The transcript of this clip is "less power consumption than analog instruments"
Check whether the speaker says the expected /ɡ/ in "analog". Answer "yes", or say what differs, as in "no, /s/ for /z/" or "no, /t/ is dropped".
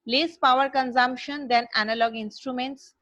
yes